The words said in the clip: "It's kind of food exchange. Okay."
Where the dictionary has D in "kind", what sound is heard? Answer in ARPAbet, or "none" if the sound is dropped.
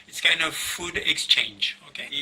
none